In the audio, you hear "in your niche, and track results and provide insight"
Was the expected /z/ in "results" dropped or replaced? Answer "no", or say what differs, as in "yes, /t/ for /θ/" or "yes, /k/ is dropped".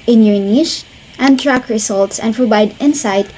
yes, /s/ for /z/